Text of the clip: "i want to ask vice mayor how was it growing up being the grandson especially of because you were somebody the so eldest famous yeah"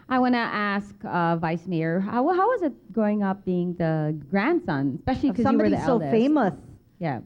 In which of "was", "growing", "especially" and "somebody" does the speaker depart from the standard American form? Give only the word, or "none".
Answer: somebody